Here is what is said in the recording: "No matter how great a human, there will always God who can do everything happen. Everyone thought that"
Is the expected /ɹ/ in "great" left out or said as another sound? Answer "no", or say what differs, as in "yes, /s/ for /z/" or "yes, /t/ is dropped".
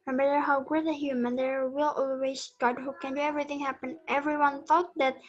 yes, /ɹ/ is dropped